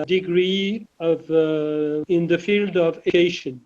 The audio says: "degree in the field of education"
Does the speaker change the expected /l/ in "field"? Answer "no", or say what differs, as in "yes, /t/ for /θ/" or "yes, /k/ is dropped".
no